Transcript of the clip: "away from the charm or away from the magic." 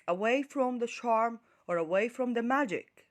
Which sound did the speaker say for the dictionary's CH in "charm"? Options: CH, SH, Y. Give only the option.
SH